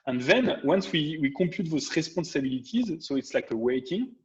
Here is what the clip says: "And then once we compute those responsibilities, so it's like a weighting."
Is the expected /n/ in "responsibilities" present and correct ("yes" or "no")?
no